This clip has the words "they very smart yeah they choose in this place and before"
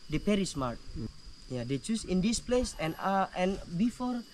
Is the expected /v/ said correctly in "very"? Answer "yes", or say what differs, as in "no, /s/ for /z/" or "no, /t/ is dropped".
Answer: no, /p/ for /v/